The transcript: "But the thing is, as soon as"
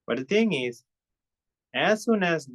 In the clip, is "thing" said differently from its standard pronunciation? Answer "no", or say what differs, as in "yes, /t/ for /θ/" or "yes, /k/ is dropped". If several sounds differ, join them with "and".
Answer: yes, /t/ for /θ/